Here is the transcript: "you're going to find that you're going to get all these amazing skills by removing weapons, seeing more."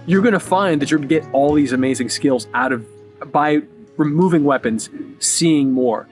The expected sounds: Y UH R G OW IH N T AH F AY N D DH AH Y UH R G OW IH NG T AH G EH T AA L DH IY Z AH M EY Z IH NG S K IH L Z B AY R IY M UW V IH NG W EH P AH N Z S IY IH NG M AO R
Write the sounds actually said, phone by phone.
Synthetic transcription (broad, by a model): Y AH R G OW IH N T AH F AY N DH AH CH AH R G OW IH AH G EH T AA L DH IY Z AH M EY Z IH NG S K IH L Z B AY R IY M UW V IH NG W EH P AH N Z S IY IH NG M AO R